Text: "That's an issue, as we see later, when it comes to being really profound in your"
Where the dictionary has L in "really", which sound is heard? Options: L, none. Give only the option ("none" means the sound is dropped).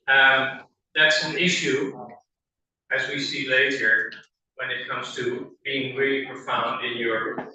none